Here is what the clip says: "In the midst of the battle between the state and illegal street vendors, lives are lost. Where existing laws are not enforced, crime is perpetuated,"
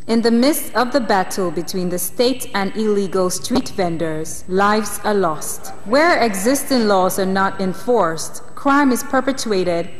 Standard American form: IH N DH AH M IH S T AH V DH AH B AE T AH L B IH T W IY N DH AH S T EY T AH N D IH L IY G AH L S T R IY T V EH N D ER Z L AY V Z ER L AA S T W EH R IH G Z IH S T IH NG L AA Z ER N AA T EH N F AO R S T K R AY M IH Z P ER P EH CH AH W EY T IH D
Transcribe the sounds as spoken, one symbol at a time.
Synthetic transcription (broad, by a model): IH N DH AH M IH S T AH V DH AH B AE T L B IH T W IY N DH AH S T EY T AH N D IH L IY G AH L S T R IY T V EH N D ER Z L AY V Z ER L AA S T W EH R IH G Z IH S T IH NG L AA Z ER N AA T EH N F AO R S T K R AY M IH Z P ER P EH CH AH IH T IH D